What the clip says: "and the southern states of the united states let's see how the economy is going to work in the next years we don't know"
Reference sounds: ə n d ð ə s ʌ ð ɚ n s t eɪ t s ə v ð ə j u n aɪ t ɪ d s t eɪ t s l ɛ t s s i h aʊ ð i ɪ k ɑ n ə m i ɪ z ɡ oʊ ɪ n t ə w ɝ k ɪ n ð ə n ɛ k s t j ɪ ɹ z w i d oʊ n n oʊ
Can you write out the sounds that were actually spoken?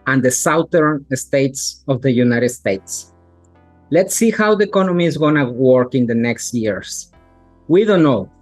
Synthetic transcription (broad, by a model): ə n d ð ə s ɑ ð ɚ n s t eɪ t s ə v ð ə j u n aɪ t ɪ d s t eɪ t s l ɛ t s s i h aʊ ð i ɪ k ɑ n ə m i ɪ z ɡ oʊ n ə w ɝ k ɪ n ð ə n ɛ k s t j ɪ ɹ s w i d oʊ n n oʊ